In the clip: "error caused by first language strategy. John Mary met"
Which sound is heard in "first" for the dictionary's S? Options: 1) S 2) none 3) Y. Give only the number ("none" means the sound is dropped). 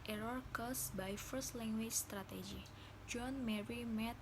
1